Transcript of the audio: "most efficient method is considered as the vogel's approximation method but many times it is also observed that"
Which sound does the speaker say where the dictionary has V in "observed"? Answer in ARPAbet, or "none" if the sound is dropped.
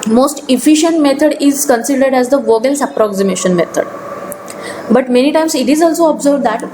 B